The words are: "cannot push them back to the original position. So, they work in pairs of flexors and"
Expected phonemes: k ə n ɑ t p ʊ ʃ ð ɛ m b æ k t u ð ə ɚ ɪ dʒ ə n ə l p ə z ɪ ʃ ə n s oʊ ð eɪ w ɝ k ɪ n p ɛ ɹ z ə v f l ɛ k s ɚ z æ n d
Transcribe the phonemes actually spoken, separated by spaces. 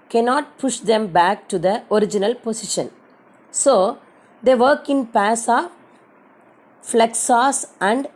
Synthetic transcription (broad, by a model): k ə n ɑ t p ʊ ʃ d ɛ m b æ k t u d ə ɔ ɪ dʒ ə n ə l p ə s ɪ ʃ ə n s oʊ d eɪ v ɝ k ɪ n p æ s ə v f l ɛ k s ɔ s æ n d